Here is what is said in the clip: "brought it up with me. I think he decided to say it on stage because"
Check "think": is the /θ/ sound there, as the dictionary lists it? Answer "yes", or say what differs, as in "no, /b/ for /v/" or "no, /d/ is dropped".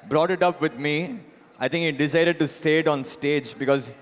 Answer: no, /t/ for /θ/